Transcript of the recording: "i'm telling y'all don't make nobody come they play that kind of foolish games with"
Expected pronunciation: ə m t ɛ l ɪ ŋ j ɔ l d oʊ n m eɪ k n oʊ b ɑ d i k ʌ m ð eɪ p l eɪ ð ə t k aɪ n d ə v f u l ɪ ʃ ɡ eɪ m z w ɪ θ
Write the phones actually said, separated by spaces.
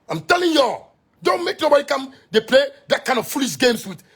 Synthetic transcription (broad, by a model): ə m t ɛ l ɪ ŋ j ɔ d oʊ n m eɪ k n oʊ b ɑ d i k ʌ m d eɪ p l eɪ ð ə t k aɪ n ə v f u l ɪ ʃ ɡ eɪ m s w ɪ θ